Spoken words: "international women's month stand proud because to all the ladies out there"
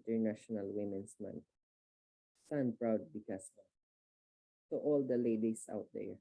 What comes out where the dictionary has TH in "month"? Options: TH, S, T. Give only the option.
T